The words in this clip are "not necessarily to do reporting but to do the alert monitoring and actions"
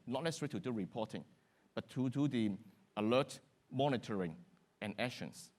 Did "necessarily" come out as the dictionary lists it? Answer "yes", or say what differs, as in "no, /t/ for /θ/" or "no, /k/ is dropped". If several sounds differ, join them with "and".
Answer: no, /l/ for /n/